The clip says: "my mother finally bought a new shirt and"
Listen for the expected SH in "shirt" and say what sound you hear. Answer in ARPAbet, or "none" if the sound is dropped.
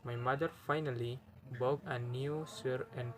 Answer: S